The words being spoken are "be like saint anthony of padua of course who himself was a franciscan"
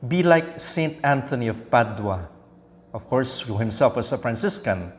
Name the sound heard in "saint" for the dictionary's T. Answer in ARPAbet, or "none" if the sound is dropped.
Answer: T